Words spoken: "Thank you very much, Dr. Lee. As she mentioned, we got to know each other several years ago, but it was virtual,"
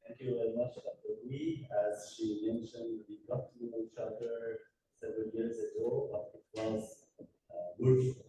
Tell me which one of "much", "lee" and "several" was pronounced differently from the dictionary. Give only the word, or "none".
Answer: lee